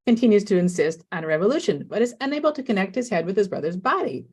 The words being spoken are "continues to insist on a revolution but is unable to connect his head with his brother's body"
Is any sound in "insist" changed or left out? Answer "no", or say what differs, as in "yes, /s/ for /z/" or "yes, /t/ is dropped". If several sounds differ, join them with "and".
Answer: no